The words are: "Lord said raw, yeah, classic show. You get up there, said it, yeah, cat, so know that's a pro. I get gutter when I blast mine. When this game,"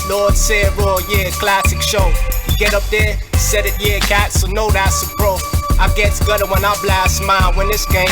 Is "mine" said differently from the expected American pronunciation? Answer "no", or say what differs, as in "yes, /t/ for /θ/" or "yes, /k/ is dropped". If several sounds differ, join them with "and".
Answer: yes, /l/ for /n/